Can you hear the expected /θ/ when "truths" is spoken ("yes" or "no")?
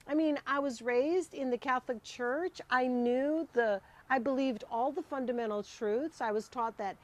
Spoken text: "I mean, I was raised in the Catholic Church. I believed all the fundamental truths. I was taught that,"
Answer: yes